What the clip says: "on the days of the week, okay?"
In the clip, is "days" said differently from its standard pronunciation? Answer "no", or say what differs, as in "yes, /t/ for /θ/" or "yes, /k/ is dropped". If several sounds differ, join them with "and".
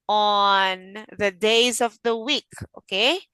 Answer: no